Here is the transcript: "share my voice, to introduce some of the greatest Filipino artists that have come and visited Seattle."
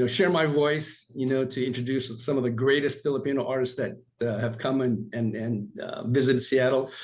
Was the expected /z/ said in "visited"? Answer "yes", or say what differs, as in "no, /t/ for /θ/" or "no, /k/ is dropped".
yes